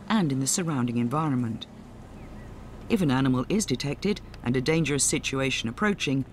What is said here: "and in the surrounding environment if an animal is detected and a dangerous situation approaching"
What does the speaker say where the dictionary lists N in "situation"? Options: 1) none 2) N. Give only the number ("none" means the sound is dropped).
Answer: 2